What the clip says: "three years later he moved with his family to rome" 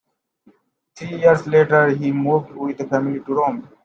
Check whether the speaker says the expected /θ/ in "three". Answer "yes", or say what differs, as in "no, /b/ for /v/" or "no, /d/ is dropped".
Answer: no, /t/ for /θ/